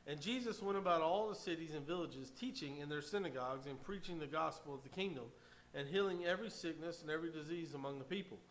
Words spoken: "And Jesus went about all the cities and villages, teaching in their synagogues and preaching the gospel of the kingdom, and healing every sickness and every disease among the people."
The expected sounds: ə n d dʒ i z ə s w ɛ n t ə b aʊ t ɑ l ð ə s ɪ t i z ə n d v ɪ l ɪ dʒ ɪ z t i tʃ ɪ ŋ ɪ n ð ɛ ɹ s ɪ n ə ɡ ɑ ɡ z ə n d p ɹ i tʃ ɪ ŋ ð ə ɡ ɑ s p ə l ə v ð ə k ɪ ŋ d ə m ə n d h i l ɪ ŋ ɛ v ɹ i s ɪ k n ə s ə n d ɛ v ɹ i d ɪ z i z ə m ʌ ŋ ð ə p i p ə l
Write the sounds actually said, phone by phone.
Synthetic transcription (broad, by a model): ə n dʒ i z ə s w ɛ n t ə b aʊ t ɑ l ð ə s ɪ t i z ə n v ɪ l ɪ dʒ ɪ z t i tʃ ɪ ŋ ɪ n ð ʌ ɹ s ɪ n ə ɡ ɑ ɡ z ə n p ɹ i tʃ ɪ ŋ ð ə ɡ ɑ s p l ə v ð ə k ɪ ŋ d ə m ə n h i l ɪ ŋ ɛ v ɹ i s ɪ k n ə s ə n ɛ v ɹ i d ɪ z i z ə m ʌ ŋ ð ə p i p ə l